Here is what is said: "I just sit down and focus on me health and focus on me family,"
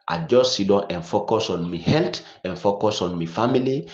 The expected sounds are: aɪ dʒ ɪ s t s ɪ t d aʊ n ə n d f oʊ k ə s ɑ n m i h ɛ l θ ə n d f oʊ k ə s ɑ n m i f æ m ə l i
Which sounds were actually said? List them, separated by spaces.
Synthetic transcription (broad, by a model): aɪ dʒ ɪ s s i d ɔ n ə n f oʊ k ə s ɑ n m i h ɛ l t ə n f oʊ k ə s ɑ n m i f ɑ m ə l i